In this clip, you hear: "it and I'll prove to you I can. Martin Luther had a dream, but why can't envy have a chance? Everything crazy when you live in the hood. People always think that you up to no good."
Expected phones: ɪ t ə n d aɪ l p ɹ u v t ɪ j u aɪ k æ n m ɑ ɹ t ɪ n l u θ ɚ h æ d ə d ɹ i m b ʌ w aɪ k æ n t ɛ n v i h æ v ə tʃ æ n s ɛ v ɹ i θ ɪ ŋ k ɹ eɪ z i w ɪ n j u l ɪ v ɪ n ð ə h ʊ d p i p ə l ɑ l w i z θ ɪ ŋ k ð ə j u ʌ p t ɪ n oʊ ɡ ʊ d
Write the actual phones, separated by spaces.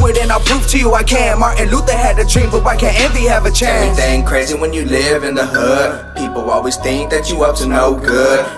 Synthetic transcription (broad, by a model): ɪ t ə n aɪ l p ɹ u f t ɪ j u aɪ k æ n m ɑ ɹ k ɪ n l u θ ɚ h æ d ə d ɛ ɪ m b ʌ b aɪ k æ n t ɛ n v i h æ v ə tʃ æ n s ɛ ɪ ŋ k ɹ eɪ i w ɪ n j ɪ l ɪ v ɪ n ð ə h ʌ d p i p l ɑ l w i z θ ɪ ŋ k ð ə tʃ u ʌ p t ɪ n oʊ ɡ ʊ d